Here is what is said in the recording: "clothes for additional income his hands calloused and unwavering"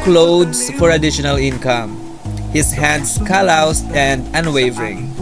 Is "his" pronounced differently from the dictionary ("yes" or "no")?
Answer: yes